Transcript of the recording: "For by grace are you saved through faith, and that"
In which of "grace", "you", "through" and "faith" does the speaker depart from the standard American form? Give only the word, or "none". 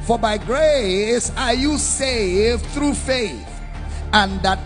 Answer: none